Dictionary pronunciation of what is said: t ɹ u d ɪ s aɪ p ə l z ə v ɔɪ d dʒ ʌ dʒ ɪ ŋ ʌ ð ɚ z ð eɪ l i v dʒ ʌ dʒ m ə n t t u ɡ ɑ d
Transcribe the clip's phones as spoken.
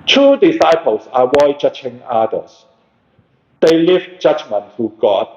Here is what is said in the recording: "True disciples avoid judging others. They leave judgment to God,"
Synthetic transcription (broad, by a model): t u d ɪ s aɪ p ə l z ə w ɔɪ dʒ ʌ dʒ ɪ ŋ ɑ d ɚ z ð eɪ l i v dʒ ʌ dʒ m ə n t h u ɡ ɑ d